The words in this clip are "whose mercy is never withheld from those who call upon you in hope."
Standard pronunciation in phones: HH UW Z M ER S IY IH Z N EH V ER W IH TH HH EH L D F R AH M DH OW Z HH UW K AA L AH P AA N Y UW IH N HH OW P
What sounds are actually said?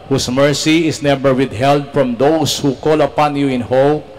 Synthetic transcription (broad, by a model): HH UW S M ER S IY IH S N EH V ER W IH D HH EH L D F R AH M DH OW S HH UW K AA L AH P AA N Y UW IH N HH OW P